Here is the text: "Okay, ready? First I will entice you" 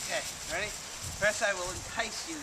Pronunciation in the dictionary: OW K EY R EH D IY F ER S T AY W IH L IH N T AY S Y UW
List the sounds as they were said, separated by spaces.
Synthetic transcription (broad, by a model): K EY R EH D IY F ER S AY W IH L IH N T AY S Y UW